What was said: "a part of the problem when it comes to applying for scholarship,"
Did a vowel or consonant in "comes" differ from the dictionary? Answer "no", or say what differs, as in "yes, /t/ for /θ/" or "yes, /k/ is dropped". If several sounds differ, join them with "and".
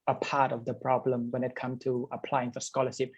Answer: yes, /z/ is dropped